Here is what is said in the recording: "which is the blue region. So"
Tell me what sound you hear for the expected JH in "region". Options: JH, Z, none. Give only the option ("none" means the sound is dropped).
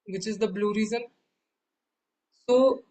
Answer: Z